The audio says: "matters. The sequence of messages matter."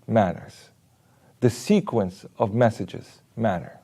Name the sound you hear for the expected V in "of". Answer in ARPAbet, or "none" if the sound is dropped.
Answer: V